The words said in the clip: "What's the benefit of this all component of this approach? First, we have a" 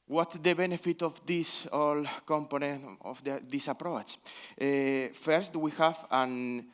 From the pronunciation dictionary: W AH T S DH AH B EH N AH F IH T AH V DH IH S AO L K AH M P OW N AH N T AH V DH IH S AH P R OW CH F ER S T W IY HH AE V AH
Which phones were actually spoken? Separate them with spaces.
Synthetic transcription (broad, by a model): W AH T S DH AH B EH N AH F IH T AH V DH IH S AO L K AH M P OW N AH N T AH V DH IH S AH P R OW CH F ER S T W IY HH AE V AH